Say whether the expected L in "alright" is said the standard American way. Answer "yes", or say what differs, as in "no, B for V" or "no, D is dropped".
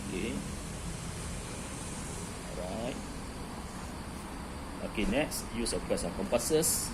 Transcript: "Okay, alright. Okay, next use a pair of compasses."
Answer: no, L is dropped